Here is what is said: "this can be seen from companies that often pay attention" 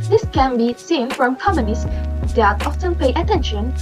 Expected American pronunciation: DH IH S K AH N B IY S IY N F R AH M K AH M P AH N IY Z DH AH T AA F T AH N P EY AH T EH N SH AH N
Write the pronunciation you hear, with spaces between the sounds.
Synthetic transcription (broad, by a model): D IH S K AH N B IY S IY N F R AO M K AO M AH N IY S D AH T AA F T AH N P EY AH T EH N SH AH N